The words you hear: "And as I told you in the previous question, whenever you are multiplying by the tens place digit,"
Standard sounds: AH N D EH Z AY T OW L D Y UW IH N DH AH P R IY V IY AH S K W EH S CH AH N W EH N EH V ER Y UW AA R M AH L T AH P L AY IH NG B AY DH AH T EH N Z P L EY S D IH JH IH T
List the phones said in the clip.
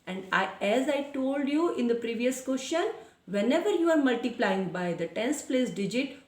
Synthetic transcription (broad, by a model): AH N D EH Z AY T OW L D Y UW IH N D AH P R IY V IY AH S K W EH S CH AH N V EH N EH V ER Y UW AA R M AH L T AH P L AY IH NG B AY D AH T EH N S P L EY S D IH JH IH T